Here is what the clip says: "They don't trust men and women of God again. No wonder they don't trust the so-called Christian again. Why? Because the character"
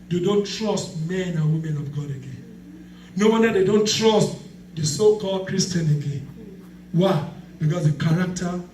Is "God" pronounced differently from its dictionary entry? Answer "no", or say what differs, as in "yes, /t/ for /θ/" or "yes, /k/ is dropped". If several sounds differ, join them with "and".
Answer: no